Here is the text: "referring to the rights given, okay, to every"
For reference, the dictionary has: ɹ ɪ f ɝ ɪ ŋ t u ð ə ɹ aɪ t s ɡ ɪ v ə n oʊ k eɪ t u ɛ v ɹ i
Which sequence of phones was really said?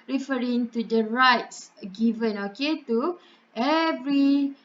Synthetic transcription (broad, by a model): ɹ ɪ f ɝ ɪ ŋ t u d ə ɹ aɪ t s ɡ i v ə n oʊ k eɪ t u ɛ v ɹ i